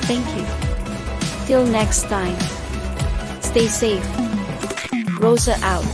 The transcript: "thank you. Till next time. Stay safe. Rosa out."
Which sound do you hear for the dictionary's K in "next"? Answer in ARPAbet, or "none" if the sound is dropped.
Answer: K